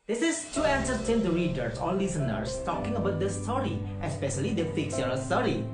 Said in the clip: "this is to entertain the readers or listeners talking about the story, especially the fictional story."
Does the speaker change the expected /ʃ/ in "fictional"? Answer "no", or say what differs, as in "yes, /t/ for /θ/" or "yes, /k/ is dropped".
yes, /s/ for /ʃ/